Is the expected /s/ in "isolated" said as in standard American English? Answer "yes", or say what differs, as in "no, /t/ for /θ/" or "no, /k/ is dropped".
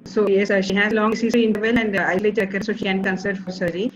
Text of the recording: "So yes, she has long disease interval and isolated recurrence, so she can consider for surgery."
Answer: no, /s/ is dropped